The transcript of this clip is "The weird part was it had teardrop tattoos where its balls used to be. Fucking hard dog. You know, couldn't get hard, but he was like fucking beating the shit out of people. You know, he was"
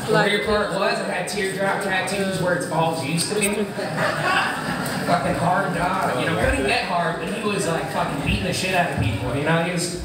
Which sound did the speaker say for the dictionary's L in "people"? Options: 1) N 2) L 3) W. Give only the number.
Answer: 1